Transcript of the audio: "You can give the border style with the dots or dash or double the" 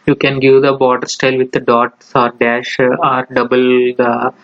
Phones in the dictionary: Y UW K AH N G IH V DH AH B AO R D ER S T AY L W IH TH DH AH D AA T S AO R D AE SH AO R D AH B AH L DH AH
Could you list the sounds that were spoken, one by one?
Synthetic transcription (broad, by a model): Y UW K AH N G IH V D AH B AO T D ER S T AY L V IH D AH D AA T S AO R D AE SH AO R D AH B AH L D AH